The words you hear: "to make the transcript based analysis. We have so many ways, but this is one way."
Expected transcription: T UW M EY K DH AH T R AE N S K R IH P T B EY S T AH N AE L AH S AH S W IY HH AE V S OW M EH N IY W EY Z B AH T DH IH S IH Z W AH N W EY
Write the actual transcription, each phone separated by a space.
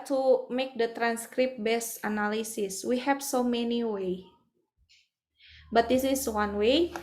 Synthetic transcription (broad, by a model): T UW M EY K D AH T R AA N S K R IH P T B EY S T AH N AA L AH S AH S W IY HH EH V S OW M EH N IY W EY B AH T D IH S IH S W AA N W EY